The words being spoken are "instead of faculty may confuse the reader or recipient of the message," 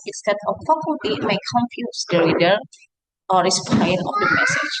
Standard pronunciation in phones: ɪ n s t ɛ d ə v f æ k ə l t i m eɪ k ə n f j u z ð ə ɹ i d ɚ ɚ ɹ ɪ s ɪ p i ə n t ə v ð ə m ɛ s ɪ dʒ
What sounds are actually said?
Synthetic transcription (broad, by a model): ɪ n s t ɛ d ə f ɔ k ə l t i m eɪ k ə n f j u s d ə ɹ i d ɚ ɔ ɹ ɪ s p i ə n ə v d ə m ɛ s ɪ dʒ